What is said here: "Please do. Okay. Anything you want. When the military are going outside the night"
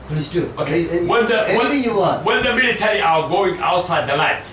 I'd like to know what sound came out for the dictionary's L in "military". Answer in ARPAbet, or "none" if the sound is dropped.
L